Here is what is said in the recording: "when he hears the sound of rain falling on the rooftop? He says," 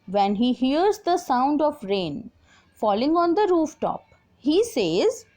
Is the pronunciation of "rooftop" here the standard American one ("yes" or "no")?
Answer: yes